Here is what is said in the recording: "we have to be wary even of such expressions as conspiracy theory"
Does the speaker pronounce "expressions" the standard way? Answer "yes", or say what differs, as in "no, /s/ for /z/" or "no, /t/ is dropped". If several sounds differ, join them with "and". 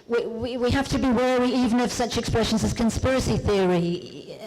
yes